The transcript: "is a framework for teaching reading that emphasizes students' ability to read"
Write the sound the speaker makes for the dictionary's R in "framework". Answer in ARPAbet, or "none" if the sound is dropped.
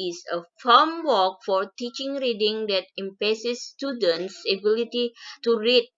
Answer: none